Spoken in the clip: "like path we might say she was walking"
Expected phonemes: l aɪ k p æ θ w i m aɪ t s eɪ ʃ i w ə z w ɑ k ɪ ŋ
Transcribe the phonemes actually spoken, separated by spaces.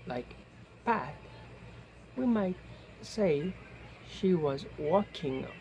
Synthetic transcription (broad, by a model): l aɪ k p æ t w i m aɪ t s eɪ ʃ i w ə z w ɑ k ɪ ŋ